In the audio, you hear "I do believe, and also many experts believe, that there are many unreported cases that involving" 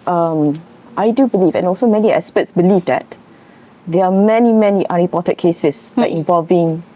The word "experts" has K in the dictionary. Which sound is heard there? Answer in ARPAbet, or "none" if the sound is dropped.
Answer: none